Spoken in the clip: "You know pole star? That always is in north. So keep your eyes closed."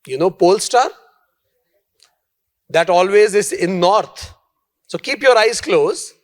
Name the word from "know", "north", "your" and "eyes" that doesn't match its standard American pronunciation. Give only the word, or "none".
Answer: north